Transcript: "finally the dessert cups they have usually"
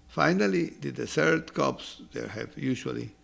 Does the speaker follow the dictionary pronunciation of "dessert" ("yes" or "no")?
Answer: no